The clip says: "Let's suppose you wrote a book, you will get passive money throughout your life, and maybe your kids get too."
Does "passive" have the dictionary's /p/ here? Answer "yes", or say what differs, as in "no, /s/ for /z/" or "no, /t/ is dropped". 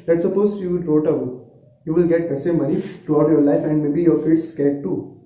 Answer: no, /b/ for /p/